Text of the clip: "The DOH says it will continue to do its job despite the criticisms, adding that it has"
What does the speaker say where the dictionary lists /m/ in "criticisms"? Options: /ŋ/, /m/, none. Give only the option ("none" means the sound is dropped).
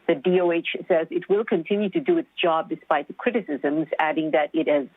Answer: /m/